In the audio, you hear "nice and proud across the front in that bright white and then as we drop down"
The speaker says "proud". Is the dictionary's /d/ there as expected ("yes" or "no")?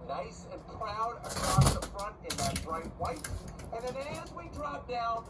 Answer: yes